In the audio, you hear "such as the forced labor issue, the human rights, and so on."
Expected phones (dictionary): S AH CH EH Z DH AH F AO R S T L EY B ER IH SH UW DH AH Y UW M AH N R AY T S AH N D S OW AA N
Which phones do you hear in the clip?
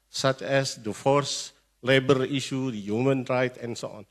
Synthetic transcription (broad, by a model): S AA CH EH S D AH F AO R S L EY B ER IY SH UW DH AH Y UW M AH N R AY T AH N S OW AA N